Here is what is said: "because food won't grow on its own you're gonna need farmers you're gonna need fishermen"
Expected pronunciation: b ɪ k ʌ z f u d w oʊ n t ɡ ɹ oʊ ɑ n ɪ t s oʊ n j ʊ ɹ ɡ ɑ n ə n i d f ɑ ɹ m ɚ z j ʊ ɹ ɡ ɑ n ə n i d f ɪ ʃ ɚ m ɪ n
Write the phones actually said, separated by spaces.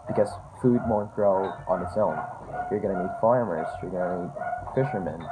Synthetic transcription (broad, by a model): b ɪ k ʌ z f u d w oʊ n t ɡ ɹ oʊ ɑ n ɪ t s oʊ n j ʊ ɹ ɡ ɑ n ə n i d f ɑ ɹ m ɚ z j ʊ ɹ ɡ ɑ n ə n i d f ɪ ʃ ɚ m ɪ n